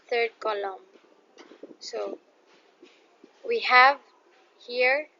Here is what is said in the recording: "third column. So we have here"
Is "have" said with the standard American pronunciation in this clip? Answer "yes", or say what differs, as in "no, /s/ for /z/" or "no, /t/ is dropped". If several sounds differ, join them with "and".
yes